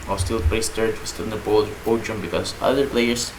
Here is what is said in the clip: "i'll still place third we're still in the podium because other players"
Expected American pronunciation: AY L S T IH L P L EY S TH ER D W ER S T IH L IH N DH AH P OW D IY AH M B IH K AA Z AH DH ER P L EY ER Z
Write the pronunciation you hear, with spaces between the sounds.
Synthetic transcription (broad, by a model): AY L S T IH L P EY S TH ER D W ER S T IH IH N DH AH B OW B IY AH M B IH K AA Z AH DH ER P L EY ER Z